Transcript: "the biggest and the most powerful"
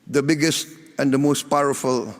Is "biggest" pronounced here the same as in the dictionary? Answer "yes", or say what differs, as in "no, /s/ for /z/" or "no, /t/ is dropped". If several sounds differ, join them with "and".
yes